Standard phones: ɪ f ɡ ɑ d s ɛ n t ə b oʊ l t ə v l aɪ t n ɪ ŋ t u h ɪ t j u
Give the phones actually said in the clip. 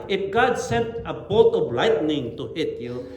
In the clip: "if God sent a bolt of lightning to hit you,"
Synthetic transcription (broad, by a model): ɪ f ɡ ɑ d s ɛ n t ə b oʊ t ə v l aɪ t n ɪ ŋ t u h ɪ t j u